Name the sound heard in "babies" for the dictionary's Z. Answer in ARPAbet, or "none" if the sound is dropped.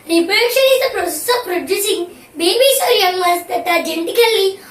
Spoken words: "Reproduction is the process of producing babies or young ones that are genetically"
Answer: S